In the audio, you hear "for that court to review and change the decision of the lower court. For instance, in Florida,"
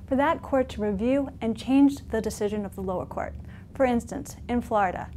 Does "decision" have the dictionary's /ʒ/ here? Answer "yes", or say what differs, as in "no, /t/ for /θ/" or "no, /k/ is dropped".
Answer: yes